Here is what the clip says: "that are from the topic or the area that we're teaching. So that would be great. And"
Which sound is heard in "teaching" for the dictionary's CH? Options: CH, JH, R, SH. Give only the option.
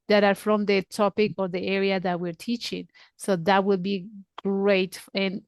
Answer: CH